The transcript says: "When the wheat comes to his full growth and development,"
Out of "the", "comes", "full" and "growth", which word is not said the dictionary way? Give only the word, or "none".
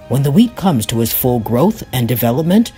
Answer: none